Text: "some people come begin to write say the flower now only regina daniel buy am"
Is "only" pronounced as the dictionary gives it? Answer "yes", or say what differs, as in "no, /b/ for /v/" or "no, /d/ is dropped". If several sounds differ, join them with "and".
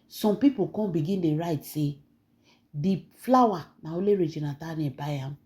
no, /n/ is dropped